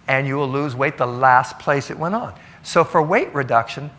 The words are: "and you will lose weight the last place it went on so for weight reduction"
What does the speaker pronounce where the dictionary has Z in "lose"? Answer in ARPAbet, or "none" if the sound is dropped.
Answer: Z